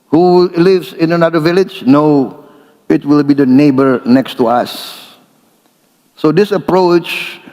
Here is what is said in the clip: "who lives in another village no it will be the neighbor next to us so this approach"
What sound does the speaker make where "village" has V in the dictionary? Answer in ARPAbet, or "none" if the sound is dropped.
V